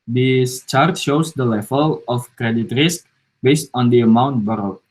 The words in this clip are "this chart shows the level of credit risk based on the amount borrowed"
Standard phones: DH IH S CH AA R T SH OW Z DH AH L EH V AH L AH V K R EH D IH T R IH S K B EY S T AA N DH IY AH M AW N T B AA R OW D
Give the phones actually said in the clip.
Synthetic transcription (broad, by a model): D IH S CH AA R T SH OW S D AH L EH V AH L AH F K R EH D IH T R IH S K B EY S T AA N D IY AH M AW N T B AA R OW